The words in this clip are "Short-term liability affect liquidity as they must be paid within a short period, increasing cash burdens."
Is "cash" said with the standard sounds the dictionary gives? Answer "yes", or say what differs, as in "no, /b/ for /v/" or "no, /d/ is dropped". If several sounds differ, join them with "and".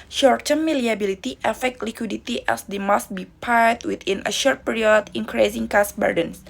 no, /s/ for /ʃ/